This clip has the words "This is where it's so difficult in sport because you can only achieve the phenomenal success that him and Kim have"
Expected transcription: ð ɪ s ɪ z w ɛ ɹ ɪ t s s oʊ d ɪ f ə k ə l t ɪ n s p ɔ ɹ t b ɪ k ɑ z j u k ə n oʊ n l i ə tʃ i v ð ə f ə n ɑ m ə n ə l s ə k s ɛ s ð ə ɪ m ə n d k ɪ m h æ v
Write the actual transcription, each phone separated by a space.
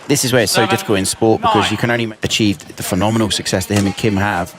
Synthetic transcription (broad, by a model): ð ɪ s ɪ z w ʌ ɹ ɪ t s s oʊ d ɪ f ə k ə l t ɪ n s p ɔ t b ɪ k ɑ z j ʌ k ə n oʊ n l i ə tʃ i v ð ə f ə n ɑ m ə n ə l s ə k s ɛ s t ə ɪ m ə n k ɪ m h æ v